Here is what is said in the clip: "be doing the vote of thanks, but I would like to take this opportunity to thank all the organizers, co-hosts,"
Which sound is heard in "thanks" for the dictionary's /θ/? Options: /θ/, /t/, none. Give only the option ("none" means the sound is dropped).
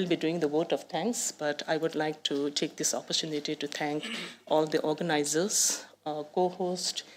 /t/